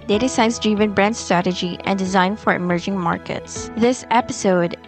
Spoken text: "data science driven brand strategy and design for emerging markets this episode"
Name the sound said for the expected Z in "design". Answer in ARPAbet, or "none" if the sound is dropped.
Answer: Z